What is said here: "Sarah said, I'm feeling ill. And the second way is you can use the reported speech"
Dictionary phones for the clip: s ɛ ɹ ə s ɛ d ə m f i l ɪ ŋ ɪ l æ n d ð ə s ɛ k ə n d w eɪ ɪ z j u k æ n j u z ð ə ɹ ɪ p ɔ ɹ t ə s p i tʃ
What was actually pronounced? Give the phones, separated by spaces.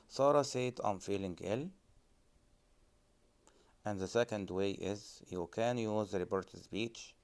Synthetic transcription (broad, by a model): s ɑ ɹ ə s ɛ d ə m f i l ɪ ŋ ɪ l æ n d ð ə s ɛ k ə n d w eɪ ɪ z j u k æ n j u z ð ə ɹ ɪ b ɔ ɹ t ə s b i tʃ